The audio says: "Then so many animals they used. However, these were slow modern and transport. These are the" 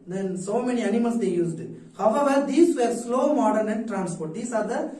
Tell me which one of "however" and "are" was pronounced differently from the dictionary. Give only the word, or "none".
none